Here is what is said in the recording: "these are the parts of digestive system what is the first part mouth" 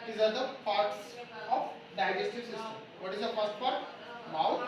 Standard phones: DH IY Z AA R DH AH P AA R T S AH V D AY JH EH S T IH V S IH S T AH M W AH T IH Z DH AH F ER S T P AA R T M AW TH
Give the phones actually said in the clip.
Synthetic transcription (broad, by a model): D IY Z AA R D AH P AA R T S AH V D AY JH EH S T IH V S IH S T AH M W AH T IH Z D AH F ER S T F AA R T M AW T